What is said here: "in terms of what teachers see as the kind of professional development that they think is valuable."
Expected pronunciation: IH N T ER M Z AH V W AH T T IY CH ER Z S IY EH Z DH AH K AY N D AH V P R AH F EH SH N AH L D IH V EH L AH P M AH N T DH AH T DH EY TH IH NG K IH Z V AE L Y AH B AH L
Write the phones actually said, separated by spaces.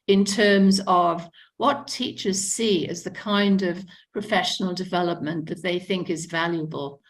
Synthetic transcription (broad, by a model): IH N T ER M Z AH V W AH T T IY CH ER Z S IY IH Z DH AH K AY N D AH V P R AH F EH SH N L D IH V EH L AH P M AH N DH AH T DH EY TH IH NG K IH Z V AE L Y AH B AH L